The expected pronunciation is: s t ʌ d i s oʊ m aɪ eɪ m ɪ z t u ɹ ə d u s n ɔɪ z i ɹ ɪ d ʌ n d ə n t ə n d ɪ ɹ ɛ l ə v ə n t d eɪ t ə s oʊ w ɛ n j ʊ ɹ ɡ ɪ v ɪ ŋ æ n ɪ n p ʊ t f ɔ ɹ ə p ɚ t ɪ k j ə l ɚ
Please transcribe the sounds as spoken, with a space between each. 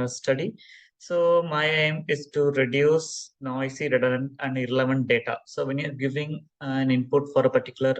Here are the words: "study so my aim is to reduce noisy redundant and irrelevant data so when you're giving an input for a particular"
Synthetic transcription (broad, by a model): s t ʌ d i s oʊ m aɪ eɪ m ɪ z t u ɹ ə d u s n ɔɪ s i ɹ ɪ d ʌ d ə n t ə n d ɪ ɹ ɛ l ə v ə n t d eɪ t ə s oʊ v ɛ n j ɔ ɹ ɡ ɪ v ɪ ŋ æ n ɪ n p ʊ t f ɔ ɹ ə p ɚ t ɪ k j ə l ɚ